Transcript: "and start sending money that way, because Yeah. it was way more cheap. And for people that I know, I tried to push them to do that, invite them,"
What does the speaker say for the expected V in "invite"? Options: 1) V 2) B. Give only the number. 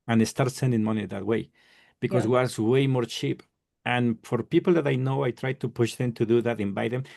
2